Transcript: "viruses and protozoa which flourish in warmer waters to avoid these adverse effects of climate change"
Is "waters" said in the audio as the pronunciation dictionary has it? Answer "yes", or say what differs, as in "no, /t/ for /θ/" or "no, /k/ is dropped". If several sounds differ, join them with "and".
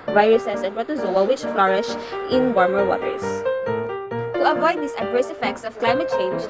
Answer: no, /s/ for /z/